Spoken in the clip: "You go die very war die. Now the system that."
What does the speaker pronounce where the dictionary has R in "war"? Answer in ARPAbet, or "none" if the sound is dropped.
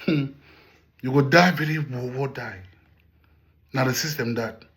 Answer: W